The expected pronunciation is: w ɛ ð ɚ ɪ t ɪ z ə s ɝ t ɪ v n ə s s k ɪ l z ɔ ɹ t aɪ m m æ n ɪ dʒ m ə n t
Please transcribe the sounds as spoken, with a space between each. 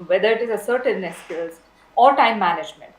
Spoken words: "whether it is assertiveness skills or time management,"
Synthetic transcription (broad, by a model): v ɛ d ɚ ɪ t ɪ z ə s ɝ t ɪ n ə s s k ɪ z ɔ ɹ t aɪ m m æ n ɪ dʒ m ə n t